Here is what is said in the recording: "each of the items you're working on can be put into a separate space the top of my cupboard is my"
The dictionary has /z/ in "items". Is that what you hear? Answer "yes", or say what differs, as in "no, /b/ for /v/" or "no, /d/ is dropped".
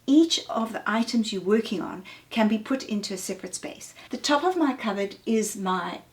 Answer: yes